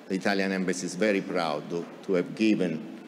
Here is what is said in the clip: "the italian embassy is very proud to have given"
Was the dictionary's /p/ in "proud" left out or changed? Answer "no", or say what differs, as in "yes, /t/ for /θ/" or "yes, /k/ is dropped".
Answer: no